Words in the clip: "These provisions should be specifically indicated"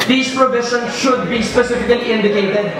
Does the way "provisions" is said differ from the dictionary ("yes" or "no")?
yes